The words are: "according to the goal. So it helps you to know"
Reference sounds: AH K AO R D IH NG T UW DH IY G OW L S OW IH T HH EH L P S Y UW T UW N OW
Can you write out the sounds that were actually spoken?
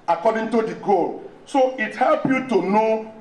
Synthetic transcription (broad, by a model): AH K AO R D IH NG T UW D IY G OW L S OW IH T HH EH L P Y UW T UW N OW